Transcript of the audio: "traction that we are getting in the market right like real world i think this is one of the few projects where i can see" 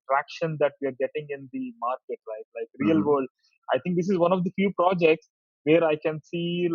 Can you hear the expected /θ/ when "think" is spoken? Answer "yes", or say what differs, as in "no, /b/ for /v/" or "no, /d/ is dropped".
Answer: no, /t/ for /θ/